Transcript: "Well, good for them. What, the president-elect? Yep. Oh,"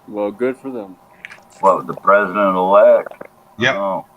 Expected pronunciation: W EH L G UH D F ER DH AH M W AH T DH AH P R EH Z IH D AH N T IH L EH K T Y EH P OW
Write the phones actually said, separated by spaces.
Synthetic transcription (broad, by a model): W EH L G UH D F ER DH AH M W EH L DH AH P R EH Z IH D AH N T IH L EH K T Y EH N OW